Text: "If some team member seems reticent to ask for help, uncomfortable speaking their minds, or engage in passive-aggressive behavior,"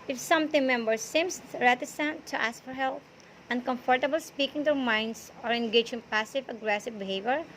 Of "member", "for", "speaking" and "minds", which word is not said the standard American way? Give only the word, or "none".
minds